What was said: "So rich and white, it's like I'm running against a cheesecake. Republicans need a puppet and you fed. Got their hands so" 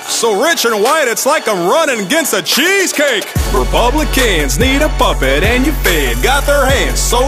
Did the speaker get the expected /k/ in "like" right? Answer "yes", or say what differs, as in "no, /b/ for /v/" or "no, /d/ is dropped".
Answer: yes